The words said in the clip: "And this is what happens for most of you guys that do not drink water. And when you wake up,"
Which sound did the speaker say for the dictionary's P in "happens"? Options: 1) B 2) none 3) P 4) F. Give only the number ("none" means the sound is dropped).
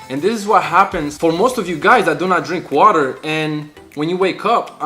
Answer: 3